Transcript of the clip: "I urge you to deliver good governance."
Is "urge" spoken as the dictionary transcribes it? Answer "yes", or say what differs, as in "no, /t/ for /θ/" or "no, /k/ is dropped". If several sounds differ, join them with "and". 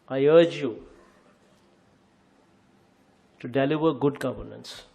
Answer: yes